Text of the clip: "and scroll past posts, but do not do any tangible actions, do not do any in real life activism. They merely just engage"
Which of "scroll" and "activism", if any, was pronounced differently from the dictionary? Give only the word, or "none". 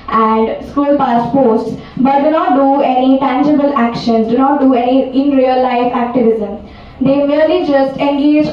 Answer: scroll